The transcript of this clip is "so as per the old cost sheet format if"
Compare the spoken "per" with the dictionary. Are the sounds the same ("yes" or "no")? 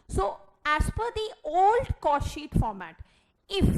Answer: no